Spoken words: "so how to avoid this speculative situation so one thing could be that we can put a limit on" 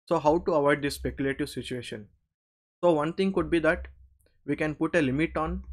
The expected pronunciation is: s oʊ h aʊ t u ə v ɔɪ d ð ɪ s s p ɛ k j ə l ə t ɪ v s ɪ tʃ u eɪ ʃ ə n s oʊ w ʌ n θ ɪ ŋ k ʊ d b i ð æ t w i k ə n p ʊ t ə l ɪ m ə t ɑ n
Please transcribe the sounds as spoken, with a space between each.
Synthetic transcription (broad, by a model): s oʊ h aʊ t u ə v ɔɪ d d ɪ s s p ɛ k j ə l ə t ɪ v s ɪ tʃ u eɪ ʃ ə n s oʊ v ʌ n t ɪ ŋ k ʊ d b i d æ t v i k ə n p ʊ t ə l ɪ m ə t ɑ n